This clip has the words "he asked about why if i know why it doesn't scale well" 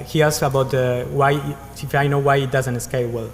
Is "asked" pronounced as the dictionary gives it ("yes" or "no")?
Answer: no